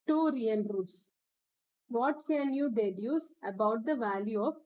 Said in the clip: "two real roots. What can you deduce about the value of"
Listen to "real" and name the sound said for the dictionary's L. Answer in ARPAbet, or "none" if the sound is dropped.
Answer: N